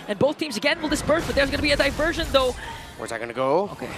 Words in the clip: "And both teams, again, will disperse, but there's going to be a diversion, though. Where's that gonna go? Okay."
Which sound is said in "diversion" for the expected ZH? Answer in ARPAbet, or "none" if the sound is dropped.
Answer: ZH